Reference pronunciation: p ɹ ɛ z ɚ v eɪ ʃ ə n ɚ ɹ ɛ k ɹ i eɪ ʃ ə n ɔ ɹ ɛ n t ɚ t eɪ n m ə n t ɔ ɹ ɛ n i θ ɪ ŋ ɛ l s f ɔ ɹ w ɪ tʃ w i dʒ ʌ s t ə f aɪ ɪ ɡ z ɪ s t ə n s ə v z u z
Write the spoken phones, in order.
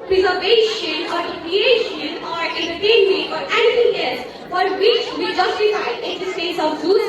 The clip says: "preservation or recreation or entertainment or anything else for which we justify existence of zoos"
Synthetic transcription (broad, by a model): p ɹ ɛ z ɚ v eɪ ʃ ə n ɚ ɹ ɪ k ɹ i eɪ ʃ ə n ɔ ɹ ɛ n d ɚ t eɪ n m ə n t ɔ ɹ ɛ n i t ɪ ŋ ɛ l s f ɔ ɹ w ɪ tʃ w i dʒ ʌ s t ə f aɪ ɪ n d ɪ s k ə s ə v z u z